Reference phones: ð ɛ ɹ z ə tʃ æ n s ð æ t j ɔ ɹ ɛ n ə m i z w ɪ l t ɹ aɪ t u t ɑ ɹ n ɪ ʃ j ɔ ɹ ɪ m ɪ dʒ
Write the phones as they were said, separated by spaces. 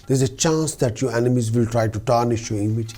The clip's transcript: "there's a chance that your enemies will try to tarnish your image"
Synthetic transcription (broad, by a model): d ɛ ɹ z ə tʃ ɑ n s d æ t j ɔ ɹ ɛ n ə m i z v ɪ l t ɹ aɪ t u t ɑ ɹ n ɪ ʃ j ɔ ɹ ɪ m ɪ dʒ